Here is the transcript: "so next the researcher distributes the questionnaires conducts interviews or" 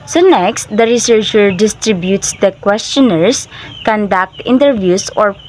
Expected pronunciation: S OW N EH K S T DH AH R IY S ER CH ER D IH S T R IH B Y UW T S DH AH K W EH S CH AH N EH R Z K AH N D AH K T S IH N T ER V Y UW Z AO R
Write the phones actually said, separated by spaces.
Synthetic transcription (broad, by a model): S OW N EH K S T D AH R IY S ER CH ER D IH S T R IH B Y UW T S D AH K W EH S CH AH N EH R S K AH N D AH K T IH N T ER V Y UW S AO R